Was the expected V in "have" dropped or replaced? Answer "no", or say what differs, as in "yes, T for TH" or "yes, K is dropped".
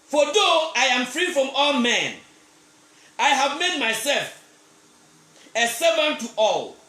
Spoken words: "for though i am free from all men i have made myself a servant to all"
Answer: no